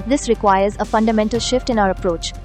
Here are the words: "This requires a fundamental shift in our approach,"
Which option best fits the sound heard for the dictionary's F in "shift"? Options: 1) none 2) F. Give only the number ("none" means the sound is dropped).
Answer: 2